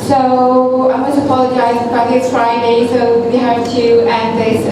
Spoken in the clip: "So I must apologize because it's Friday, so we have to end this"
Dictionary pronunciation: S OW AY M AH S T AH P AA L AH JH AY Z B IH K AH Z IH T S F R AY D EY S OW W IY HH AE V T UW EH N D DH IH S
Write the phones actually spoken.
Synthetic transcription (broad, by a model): S OW AY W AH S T AH P AA L AH JH AY Z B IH AH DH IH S F R AY D EY S OW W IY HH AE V T UW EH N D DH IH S